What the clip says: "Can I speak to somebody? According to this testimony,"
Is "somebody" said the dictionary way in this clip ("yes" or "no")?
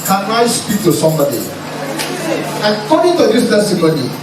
yes